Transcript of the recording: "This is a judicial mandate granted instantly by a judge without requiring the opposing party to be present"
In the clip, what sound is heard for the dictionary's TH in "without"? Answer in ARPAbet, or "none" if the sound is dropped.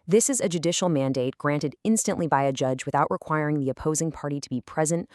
TH